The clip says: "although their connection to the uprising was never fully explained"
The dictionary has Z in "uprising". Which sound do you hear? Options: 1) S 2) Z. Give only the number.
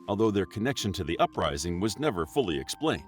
2